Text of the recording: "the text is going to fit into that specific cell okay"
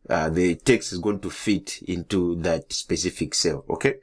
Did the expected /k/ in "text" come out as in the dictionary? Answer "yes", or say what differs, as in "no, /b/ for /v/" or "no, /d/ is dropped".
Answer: yes